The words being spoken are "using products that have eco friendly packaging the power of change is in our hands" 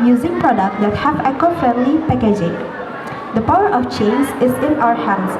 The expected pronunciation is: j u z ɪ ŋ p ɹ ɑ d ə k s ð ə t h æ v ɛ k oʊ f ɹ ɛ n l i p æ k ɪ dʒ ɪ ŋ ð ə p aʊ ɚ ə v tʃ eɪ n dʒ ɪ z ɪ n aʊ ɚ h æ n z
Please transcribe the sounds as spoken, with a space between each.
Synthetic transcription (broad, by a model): j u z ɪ ŋ p ɹ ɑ d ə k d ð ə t h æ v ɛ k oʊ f ɛ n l i p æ k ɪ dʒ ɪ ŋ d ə p aʊ ɚ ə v tʃ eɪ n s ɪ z ɪ n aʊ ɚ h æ n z